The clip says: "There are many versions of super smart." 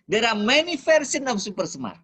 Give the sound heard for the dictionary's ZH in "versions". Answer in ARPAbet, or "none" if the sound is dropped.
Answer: S